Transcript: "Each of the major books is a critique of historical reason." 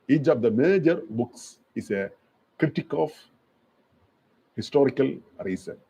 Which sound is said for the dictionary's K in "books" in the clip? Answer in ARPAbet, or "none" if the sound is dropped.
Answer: K